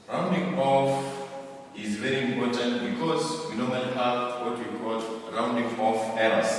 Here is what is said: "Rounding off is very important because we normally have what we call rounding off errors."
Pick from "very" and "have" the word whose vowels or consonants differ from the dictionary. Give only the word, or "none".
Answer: have